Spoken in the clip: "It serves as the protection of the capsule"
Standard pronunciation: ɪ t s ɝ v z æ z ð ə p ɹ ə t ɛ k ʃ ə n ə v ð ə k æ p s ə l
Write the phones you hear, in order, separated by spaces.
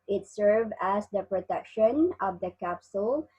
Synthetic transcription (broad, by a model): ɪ t s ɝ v æ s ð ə p ɹ ə t ɛ k ʃ ə n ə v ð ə k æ p s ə l